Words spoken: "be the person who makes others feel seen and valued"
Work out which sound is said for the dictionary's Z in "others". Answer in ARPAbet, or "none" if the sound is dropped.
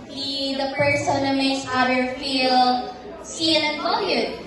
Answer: none